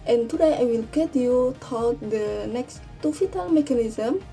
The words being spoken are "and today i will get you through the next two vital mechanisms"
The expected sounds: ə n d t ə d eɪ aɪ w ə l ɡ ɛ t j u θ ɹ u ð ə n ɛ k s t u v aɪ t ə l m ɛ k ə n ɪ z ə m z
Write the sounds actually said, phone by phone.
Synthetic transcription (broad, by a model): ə n t ə d eɪ aɪ w ə l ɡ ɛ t j u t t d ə n ɛ k s t u f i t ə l m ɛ k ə n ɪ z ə m